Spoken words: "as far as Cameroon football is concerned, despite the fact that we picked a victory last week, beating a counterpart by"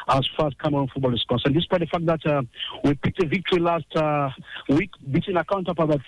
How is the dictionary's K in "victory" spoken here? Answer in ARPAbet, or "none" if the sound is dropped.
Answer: K